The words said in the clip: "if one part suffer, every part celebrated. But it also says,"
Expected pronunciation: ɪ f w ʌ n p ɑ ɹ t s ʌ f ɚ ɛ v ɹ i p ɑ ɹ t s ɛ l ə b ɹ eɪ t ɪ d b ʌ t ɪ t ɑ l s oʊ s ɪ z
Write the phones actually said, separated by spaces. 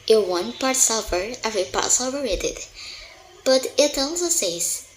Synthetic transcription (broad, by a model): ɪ w ʌ n p ɑ ɹ t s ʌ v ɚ ɛ v ɹ i p ɑ ɹ t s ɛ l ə ɹ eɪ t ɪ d b ʌ t ɪ t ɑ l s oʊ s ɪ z